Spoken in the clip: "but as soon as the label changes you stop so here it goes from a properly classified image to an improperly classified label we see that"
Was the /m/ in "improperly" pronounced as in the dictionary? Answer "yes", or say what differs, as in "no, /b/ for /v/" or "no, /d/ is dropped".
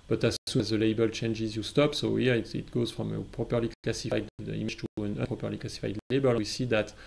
no, /m/ is dropped